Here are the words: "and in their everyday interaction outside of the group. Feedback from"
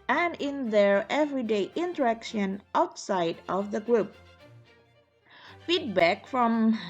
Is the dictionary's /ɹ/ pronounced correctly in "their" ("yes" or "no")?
yes